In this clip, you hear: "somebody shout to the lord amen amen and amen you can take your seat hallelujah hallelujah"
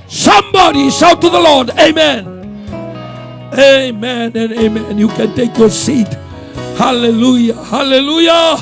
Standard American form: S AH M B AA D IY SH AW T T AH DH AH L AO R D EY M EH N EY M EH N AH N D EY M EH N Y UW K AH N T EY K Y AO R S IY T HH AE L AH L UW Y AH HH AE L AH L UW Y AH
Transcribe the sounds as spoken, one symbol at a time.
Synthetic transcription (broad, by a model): S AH M B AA D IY S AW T T AH DH AH L AO R D EY M EH N EY M EH N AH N EY M EH N Y UW K AH N T EY K Y AO R S IY T HH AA L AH L UW Y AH HH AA L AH L UW Y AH